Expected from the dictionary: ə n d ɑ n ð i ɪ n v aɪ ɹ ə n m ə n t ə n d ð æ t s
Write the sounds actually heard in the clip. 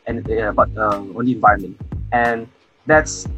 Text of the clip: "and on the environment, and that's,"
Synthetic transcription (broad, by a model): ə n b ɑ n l i ɪ n v aɪ ɹ ə n m ə n t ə n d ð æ t s